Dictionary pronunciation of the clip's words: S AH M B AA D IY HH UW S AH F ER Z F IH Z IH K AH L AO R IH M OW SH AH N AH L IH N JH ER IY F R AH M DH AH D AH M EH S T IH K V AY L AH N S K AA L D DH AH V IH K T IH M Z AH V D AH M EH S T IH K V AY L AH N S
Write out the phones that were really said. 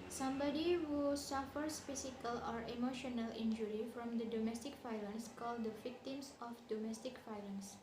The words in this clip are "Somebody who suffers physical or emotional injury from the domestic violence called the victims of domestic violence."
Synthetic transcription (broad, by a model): S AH M B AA D IY HH UW S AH F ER S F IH S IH K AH L AO R IH M OW SH AH N AH L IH N JH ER IY F R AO M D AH D AH M EH S T IH K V AY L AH N S K AA L D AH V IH K T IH M S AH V D AH M EH S T IH K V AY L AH N S